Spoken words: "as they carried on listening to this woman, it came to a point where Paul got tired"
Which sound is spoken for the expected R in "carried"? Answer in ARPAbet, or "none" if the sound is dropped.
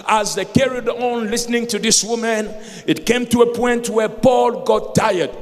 R